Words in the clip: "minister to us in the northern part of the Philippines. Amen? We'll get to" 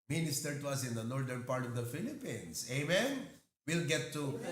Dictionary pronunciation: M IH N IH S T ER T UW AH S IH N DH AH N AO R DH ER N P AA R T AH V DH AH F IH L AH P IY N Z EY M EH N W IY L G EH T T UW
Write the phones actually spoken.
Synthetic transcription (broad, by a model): M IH N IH S T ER T UW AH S IH N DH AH N AO R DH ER N P AA R T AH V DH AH F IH L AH P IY N S EY M EH N W IY L G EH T T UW